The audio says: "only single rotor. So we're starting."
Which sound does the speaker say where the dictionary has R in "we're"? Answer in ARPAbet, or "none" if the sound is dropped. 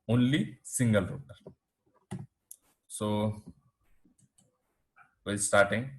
L